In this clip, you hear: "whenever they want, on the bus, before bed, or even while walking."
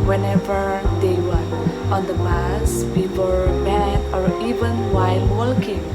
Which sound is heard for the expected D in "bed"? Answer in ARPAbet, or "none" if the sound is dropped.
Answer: none